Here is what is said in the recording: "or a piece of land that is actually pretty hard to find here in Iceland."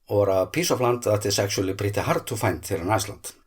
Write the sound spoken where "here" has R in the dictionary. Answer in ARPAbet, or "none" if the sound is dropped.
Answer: L